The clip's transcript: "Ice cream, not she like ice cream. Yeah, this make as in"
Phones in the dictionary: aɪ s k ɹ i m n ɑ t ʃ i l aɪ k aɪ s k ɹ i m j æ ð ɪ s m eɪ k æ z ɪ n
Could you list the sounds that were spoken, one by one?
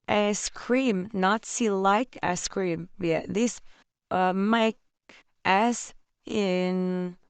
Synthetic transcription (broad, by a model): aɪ s k ɹ i m n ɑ t s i l aɪ k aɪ s k ɹ i m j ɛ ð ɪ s m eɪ k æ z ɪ n